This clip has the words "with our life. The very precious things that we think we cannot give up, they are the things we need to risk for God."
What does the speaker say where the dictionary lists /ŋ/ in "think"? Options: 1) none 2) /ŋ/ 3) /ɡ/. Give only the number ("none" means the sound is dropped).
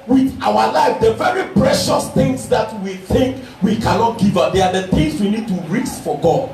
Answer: 2